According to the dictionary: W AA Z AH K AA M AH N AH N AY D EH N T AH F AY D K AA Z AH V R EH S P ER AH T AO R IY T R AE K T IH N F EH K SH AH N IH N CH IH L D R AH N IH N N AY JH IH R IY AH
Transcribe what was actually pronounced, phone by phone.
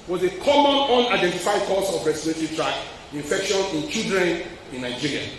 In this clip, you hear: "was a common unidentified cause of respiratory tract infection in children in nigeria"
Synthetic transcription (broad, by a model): W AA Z AH K AA M AH N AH N AY D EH N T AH F AY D K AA S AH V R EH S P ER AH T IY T R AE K IH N F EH K SH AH N IH N CH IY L D R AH N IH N N AY JH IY R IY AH